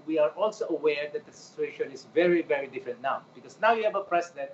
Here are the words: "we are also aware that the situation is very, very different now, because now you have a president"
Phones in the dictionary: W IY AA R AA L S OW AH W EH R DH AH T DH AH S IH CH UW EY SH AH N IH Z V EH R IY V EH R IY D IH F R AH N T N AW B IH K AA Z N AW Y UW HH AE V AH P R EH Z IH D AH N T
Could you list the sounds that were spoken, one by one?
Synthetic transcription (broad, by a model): W IY AA R AA L S OW AH W EH R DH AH T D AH S IH CH UW EY SH AH N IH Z V EH R IY V EH R IY D IH F R AH N T N AW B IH K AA S N AW Y UW HH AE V AH P R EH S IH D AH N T